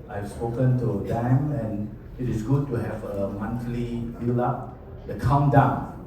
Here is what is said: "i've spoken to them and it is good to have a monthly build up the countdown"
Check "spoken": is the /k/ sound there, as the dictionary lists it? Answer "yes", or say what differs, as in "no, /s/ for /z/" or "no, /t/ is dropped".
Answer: yes